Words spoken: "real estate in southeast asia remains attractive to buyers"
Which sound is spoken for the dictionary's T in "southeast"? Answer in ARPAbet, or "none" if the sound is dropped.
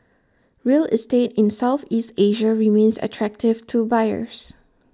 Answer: T